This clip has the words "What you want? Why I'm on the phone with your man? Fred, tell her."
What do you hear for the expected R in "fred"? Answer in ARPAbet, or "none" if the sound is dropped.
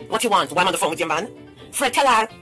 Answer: R